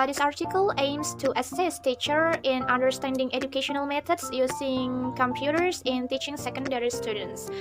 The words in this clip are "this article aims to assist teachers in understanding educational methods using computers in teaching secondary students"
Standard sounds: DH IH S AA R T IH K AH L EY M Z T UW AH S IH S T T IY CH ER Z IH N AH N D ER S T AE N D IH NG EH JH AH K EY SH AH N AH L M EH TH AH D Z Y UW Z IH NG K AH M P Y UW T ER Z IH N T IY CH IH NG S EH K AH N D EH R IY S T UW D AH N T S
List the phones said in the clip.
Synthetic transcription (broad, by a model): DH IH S AA R T IH K AH L EY M S T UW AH S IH S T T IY CH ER IH N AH N D ER S T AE N D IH NG EH JH AH K EY SH AH N AH L M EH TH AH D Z Y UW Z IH NG K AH M P Y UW T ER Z IH N T IY CH IH NG S EH K AH N D EH R IY S T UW D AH N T S